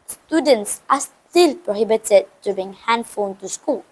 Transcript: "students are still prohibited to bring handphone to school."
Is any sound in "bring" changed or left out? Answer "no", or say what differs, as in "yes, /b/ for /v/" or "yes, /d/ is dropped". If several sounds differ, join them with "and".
yes, /ɹ/ is dropped